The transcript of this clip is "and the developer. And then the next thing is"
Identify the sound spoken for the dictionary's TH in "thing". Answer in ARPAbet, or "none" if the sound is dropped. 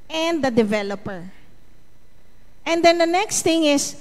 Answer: T